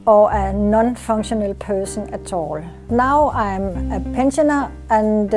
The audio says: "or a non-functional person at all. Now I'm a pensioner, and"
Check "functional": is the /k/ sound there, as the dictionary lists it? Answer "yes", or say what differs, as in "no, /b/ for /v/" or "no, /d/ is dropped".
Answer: no, /k/ is dropped